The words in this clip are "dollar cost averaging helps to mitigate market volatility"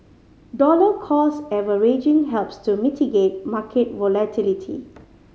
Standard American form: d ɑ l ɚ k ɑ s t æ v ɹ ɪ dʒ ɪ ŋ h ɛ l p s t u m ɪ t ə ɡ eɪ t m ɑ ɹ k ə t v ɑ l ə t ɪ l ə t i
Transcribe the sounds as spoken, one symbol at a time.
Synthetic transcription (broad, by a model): d ɑ l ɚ k ɑ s ɛ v ɹ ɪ dʒ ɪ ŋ h ɛ l p s t u m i t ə ɡ eɪ t m ɑ k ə t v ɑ l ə t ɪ l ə t i